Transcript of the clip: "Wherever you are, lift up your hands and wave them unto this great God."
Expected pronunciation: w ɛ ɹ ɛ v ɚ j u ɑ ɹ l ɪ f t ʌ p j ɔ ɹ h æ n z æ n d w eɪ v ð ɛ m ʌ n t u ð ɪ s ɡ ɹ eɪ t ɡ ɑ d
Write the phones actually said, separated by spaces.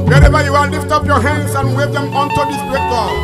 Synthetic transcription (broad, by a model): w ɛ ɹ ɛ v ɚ j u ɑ l l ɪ f t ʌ p j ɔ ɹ h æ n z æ n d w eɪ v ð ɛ m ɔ n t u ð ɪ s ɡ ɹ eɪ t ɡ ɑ